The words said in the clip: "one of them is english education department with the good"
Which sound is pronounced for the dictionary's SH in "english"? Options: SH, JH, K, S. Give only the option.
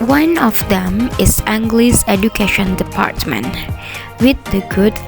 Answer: S